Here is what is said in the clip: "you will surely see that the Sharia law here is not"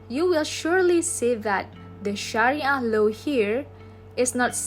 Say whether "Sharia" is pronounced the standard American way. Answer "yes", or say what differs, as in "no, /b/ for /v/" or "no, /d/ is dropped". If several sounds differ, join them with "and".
yes